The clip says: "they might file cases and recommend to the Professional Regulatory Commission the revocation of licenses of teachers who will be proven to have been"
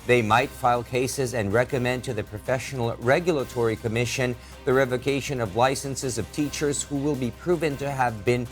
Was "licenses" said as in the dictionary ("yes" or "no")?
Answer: yes